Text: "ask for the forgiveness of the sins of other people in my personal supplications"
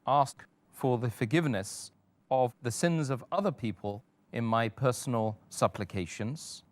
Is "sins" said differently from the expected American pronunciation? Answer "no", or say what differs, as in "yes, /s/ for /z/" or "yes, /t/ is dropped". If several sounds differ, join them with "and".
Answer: no